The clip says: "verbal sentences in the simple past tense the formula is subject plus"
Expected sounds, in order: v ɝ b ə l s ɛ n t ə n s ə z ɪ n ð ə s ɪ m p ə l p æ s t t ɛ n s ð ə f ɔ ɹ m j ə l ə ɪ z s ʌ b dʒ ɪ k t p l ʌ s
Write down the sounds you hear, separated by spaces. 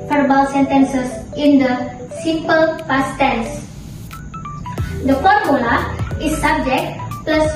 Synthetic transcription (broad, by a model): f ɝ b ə l s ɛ n t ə n s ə s ɪ n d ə s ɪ m p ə l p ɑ s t t ɛ n s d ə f ɔ ɹ m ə l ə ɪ s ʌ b dʒ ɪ k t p l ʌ s